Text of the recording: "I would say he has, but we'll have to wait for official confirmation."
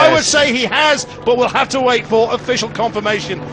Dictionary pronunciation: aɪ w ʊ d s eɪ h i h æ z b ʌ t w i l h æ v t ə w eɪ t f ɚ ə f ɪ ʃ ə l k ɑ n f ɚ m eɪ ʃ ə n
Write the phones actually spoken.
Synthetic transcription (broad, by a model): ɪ w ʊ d s eɪ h i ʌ z b ʌ t w i l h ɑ f t ə w eɪ t f ɚ ə f ɪ ʃ ə l k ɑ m f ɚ m eɪ ʃ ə n